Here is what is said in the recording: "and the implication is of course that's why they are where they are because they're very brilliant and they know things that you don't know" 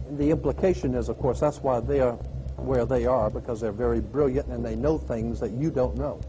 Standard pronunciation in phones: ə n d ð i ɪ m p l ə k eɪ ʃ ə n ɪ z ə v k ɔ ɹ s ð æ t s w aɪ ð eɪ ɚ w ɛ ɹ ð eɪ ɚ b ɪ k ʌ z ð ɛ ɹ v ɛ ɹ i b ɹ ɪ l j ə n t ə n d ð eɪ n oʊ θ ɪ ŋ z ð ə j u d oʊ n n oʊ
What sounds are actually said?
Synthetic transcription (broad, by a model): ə n ð i ɪ m p l ə k eɪ ʃ ə n ɪ z ə v k ɔ ɹ s ð æ t s w aɪ ð eɪ ɚ w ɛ ɹ ð eɪ ɚ b ɪ k ʌ z ð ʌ ɹ v ɛ ɹ i b ɹ ɪ l j ə n t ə n ð eɪ n oʊ θ ɪ ŋ z ð ə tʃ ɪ d oʊ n n oʊ